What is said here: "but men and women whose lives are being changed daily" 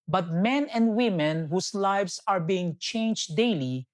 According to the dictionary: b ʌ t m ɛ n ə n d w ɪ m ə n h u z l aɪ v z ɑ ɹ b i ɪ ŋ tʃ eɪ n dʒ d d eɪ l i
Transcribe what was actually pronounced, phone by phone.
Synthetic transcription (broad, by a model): b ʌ t m ɛ n ə n d w ɪ m ə n h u s l aɪ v s ɑ ɹ b i ɪ ŋ tʃ eɪ n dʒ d d eɪ l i